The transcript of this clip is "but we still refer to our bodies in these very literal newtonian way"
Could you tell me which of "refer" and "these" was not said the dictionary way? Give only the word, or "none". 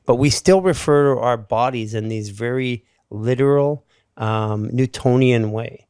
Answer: none